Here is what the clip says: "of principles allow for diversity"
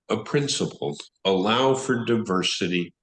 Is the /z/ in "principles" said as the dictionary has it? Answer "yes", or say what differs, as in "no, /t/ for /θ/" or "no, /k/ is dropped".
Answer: no, /z/ is dropped